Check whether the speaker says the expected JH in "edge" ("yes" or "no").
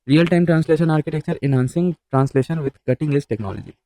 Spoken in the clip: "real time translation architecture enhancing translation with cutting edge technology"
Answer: no